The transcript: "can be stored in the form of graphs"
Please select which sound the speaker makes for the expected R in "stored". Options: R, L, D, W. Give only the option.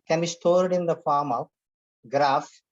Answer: R